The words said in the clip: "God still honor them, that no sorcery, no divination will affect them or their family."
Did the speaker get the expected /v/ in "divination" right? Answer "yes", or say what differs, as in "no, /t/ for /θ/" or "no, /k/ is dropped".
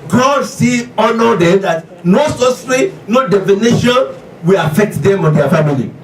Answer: no, /f/ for /v/